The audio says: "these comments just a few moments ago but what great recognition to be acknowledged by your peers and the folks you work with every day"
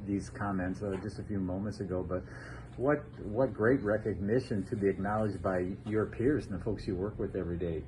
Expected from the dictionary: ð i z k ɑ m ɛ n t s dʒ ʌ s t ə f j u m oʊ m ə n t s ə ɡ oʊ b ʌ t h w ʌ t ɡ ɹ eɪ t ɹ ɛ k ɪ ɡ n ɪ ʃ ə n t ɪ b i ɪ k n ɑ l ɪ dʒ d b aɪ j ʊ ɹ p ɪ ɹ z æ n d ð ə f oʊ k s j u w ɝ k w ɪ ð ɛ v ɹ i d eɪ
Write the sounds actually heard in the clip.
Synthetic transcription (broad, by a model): ð i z k ɑ m ɛ n t s dʒ ʌ s t ə f j u m oʊ m ə n t s ə ɡ oʊ b ʌ t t w ʌ t ɡ ɹ eɪ t ɹ ɛ k ɪ ɡ n ɪ ʃ ə n t ɪ b i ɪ k n ɑ l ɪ dʒ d b aɪ j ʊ ɹ p ɪ ɹ z n ð ə f oʊ k s j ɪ w ɝ k w ɪ ð ɛ v ɹ i d eɪ